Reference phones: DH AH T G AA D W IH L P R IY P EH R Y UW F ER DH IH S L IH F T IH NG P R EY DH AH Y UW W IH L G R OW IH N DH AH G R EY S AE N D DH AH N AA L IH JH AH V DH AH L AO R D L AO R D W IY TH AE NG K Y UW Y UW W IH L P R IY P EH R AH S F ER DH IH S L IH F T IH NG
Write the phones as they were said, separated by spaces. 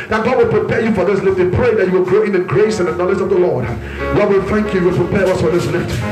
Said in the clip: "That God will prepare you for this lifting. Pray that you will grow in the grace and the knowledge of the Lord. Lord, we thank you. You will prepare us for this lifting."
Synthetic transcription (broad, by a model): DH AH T G AA D W IH L P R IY P EH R Y UW F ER DH IH S L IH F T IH P R EY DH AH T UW W IH L G R OW IH N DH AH G R EY S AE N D DH AH N AA L IH JH AH V DH AH L AO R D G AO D W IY TH AE NG K Y UW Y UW W IH L P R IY P EH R AH S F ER DH IH S L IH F T